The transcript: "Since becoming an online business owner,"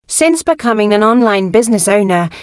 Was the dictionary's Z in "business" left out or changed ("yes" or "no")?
no